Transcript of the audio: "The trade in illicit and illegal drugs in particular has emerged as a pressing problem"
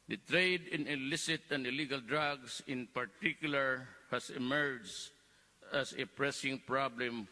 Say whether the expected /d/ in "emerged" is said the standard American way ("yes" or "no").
no